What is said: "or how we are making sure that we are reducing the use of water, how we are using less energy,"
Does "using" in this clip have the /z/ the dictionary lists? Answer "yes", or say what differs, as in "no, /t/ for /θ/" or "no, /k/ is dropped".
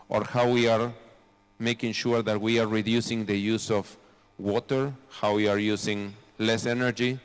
no, /s/ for /z/